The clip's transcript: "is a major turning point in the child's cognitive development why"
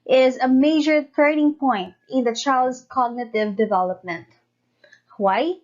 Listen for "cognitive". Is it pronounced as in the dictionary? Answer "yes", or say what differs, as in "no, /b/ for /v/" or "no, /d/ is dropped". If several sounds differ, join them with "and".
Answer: yes